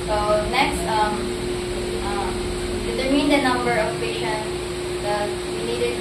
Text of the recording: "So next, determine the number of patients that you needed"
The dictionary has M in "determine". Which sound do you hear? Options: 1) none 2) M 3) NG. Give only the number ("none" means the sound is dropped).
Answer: 1